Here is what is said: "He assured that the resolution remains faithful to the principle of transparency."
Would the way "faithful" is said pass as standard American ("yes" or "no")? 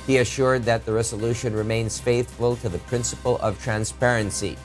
yes